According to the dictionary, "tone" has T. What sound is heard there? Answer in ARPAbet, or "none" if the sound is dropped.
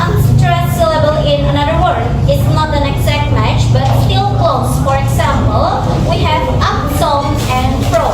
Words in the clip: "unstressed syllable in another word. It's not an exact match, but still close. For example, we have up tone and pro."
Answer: S